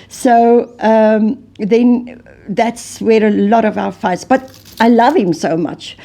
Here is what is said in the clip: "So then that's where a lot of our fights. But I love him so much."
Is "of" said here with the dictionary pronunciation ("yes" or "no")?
yes